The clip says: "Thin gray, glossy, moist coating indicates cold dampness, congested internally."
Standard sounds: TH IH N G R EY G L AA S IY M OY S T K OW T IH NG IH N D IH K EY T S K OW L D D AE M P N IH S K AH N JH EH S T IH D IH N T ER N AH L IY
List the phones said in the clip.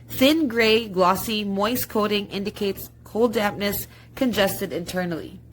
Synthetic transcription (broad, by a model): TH IH N G R EY G L AA S IY M OY S K OW T IH NG IH N D IH K EY T S K OW L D D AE P N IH S K AH N JH EH S T IH D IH N T ER N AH L IY